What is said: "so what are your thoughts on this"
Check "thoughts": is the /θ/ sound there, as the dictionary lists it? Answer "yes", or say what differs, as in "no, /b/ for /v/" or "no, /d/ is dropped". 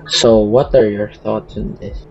yes